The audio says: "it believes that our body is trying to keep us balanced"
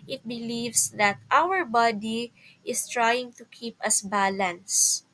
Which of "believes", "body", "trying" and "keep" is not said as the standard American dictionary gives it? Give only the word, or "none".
believes